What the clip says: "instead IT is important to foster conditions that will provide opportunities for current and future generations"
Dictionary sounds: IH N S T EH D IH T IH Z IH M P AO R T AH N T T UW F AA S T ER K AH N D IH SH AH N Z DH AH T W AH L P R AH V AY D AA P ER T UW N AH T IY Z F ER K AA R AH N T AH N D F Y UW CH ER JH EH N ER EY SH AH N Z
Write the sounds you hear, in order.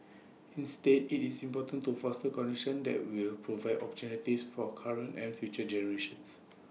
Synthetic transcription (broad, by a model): IH N S T EH D IH T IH S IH M P AO T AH N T T UW F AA S T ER K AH N D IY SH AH N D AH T W AH L P R AH V AY D AA P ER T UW N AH T IY S F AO K AA R AH N T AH N F Y UW CH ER JH EH N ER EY SH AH N S